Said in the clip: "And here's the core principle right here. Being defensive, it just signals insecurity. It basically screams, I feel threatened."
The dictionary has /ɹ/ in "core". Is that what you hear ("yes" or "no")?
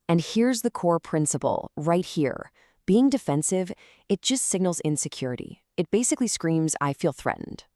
yes